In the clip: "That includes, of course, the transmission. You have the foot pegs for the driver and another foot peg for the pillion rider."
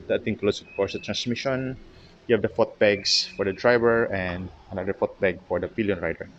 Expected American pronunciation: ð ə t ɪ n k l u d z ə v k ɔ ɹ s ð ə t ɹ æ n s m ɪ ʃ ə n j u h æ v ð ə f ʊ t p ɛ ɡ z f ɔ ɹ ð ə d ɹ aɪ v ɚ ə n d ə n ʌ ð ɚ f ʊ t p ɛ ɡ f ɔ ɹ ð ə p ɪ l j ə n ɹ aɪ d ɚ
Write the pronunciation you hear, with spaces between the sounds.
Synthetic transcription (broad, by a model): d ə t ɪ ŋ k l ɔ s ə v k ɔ ɹ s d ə t ɹ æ n s m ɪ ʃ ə n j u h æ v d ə f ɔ t b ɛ ɡ s f ɔ ɹ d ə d ɹ aɪ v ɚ ə n d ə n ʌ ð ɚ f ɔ t b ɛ ɡ f ɔ ɹ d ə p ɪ l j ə n ɹ aɪ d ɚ